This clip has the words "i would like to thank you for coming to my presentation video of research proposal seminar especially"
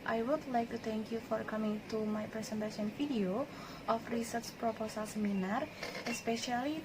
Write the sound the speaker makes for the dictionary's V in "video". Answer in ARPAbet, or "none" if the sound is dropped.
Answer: F